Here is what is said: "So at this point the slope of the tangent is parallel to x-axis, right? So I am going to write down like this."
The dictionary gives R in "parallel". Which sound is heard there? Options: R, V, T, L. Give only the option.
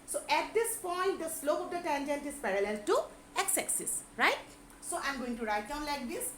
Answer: R